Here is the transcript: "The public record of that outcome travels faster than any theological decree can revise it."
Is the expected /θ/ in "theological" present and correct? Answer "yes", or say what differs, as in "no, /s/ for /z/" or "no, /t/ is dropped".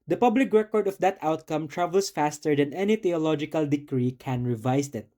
no, /t/ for /θ/